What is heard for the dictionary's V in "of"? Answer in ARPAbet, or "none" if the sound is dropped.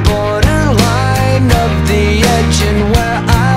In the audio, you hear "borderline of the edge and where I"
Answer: P